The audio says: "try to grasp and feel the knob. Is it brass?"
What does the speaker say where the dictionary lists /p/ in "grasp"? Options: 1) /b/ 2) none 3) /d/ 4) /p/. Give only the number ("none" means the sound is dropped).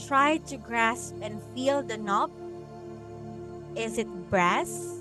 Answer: 4